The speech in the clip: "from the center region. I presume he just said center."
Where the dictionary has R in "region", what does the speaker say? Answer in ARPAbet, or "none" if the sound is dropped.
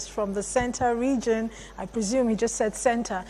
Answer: R